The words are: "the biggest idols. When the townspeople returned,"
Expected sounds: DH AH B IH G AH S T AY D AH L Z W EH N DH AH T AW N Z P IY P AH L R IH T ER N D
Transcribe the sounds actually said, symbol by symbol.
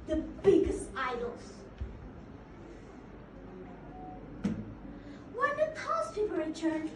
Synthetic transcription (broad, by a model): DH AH B IH G AH S T AY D L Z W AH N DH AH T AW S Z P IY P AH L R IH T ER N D